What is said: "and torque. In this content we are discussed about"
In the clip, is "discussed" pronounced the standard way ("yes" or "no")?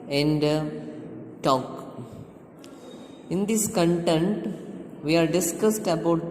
yes